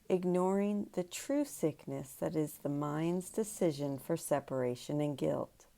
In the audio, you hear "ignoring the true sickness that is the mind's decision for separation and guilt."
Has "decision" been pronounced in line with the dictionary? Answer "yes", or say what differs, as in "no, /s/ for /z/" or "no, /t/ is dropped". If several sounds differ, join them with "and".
yes